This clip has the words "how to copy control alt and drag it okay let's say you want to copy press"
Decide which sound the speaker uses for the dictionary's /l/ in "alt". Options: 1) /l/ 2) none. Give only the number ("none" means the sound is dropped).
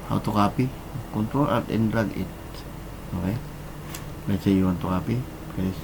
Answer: 2